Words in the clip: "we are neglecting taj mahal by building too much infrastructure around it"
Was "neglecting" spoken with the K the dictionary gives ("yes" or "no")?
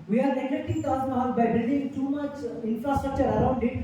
no